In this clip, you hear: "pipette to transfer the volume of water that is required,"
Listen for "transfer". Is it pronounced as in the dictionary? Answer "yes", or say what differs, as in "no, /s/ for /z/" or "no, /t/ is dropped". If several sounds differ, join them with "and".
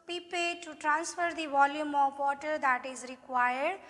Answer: yes